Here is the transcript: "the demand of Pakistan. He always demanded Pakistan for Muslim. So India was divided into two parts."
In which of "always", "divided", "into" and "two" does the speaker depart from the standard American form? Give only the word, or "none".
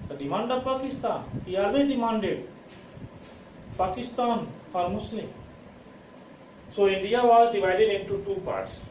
always